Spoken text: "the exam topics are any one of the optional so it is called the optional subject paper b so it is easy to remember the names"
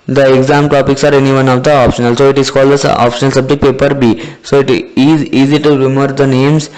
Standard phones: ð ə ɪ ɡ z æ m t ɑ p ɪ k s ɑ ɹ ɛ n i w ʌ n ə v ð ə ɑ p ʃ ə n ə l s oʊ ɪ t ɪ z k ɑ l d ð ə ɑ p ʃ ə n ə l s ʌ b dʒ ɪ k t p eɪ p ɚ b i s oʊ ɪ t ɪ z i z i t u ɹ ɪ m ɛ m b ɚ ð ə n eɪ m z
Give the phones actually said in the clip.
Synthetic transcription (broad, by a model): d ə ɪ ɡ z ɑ m t ɑ p ɪ k s ɑ ɹ ɛ n i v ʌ n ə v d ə ɑ p ʃ ə n ə l s oʊ ɪ t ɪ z k ɑ l d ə ɑ p ʃ ə n ə l s ʌ b dʒ ɪ k t p eɪ p ɚ b i s oʊ ɪ t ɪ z i z i t u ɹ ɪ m m ɚ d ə n eɪ m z